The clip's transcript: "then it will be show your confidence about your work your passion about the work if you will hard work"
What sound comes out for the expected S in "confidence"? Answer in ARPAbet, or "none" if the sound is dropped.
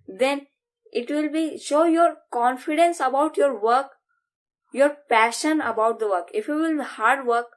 S